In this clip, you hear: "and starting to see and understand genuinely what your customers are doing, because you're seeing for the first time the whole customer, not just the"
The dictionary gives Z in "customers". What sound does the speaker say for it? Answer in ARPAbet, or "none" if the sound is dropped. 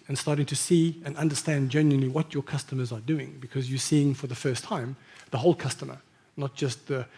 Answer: Z